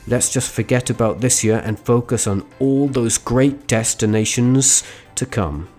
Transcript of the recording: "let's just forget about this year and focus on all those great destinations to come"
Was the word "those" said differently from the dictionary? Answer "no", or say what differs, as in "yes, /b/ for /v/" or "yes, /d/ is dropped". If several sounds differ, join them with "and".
no